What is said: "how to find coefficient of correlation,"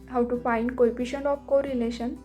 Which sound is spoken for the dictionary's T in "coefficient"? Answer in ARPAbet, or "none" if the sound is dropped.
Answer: none